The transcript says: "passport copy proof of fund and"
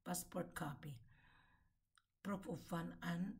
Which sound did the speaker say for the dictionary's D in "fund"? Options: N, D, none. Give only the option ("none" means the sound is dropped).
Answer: none